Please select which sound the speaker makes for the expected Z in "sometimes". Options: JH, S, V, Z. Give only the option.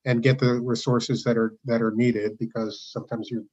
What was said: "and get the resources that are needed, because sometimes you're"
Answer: Z